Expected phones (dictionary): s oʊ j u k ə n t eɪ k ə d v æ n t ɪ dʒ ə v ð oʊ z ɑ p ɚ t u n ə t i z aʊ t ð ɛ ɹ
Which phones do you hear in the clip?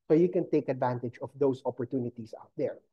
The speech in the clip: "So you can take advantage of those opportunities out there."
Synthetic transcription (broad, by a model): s oʊ j u k ə n t eɪ k ə d v æ n t ɪ dʒ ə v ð oʊ s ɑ p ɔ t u n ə t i s aʊ t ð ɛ ɹ